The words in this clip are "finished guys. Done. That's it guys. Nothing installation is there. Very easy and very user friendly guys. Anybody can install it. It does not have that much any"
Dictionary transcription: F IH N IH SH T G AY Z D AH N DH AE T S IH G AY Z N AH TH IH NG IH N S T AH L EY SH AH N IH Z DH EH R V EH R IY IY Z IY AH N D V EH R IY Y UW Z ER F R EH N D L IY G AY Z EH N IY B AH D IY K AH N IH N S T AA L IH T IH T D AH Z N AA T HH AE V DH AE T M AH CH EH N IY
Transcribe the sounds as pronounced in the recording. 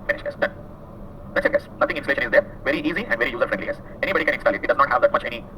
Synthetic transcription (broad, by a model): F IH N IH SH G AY S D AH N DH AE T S IH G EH S N AH T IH NG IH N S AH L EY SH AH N IH Z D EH R V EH R IY IY Z IY AH N D V EH R IY Y UW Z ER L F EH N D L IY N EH S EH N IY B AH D IY K AH N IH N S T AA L IH T IH T D AH Z N AA T HH AE V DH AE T M AH CH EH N IY